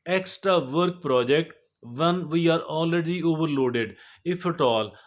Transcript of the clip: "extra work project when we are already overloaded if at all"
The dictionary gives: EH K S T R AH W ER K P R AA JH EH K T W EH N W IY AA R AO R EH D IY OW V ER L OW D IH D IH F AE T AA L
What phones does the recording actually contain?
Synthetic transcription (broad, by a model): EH K S T R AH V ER K P R AA JH EH K T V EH N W IY AA R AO L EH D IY OW V ER L OW D IH D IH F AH T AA L